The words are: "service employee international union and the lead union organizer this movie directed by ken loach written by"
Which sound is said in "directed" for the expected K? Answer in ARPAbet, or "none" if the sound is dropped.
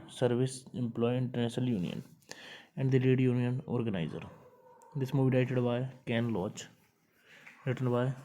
none